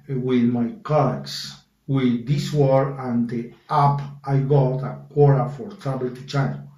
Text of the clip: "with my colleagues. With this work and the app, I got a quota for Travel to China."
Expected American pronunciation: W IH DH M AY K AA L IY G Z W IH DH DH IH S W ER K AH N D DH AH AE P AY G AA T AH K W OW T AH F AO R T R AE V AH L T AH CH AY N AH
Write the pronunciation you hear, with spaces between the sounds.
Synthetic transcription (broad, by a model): W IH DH M AY K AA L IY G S W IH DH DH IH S W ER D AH N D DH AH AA P AY G AA T AH K W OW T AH F AO R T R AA B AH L T AH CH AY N